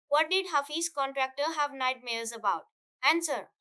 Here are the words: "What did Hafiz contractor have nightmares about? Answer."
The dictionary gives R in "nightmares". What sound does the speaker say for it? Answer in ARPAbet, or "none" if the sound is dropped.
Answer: L